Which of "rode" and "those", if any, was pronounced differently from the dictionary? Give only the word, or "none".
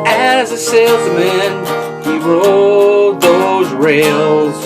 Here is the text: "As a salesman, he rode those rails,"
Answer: none